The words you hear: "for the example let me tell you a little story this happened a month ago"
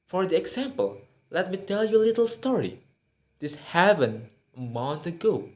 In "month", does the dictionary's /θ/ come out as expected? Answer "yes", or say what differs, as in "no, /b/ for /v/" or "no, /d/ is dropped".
no, /s/ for /θ/